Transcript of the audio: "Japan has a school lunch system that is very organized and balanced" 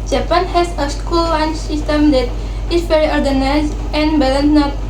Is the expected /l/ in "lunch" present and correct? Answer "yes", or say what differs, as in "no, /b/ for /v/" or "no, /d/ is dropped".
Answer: no, /w/ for /l/